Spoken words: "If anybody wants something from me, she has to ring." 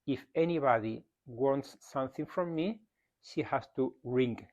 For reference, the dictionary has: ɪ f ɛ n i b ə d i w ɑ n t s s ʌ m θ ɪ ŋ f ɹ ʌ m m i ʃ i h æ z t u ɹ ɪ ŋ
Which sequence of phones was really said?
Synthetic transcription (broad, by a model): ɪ f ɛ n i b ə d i w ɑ n t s s ʌ m θ ɪ ŋ f ɹ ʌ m m i ʃ i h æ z t u ɹ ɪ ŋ